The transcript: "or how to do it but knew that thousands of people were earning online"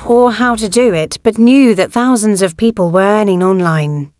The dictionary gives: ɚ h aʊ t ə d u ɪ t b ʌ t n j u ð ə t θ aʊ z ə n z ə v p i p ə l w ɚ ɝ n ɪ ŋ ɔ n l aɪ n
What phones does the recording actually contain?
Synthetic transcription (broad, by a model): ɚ h aʊ t ə d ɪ ɪ t b ʌ t n j u ð ə t θ aʊ z ə n z ə v p i p ə l w ɚ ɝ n ɪ ŋ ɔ n l aɪ n